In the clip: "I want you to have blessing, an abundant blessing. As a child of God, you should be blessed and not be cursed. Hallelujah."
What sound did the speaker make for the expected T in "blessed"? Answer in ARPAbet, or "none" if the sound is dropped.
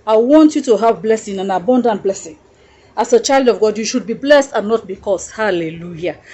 T